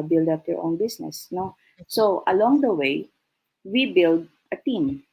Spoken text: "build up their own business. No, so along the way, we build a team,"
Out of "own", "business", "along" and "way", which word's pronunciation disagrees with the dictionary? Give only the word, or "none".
business